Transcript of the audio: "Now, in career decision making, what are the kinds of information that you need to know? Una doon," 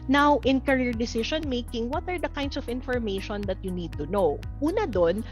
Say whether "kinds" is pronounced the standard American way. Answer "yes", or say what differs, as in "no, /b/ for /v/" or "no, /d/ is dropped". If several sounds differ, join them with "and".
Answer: no, /s/ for /z/